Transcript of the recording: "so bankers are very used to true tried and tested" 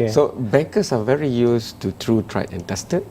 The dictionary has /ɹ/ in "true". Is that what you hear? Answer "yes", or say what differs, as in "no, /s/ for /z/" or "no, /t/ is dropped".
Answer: yes